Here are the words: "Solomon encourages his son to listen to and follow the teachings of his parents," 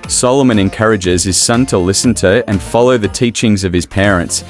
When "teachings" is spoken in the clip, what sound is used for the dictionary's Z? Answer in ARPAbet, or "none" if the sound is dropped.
Z